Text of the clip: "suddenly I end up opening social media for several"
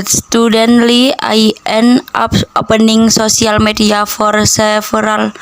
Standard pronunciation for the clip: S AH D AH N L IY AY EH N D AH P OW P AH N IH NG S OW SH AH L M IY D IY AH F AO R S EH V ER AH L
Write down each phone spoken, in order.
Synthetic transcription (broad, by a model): S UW D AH N L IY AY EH N AA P OW P AH N IH NG S OW S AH L M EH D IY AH F AO R S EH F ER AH L